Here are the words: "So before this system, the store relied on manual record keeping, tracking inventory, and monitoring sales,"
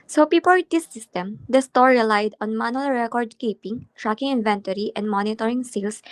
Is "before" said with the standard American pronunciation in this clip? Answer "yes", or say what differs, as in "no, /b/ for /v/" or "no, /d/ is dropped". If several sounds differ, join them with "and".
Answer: no, /p/ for /f/